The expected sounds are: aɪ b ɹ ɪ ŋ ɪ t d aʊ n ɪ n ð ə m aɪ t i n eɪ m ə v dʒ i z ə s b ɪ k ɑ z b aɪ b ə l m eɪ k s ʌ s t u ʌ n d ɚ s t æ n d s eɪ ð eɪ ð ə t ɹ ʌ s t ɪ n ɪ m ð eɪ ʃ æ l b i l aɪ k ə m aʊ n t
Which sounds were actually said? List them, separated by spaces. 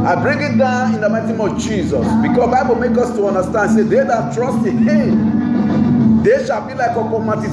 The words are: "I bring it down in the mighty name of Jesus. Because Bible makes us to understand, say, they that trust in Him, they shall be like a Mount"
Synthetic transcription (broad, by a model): aɪ b ɹ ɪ ŋ ɪ t d aʊ n ɪ n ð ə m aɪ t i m ə v dʒ i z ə s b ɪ k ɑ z b aɪ b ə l m eɪ k ʌ s t u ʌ n d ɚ s t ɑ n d s eɪ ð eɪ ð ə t ɹ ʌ s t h ɪ m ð eɪ ʃ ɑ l b i l aɪ k ə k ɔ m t